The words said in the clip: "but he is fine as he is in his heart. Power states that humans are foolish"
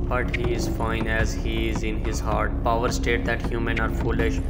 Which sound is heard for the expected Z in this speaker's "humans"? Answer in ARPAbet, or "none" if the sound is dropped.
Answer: none